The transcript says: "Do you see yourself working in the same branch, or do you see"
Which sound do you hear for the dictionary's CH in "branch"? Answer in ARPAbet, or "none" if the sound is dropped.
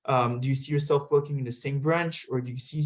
CH